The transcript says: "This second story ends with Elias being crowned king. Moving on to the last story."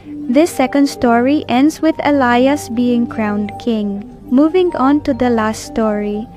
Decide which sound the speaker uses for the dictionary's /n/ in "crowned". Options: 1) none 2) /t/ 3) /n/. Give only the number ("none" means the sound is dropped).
3